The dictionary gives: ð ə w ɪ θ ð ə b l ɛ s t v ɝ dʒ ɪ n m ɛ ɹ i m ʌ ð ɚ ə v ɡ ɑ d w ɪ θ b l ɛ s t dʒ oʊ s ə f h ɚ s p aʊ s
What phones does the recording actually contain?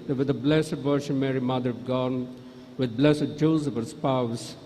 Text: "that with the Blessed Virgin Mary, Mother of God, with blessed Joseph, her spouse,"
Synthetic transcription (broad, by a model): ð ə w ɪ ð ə b l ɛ s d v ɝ ʃ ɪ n m ɛ ɹ i m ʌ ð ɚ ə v ɡ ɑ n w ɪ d b l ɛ s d dʒ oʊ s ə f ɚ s p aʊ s